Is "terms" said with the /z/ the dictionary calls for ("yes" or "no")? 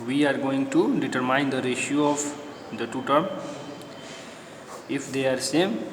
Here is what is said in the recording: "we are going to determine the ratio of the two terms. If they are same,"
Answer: no